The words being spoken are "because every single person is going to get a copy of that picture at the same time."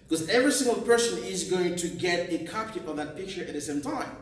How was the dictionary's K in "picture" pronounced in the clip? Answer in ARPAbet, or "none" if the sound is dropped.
K